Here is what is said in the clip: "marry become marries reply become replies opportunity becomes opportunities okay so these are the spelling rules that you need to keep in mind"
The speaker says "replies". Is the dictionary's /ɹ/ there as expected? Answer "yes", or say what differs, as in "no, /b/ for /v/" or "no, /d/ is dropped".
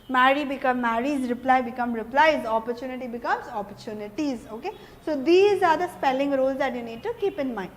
yes